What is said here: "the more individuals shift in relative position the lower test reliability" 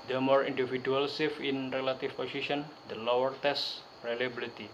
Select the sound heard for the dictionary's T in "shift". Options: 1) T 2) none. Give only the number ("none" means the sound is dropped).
2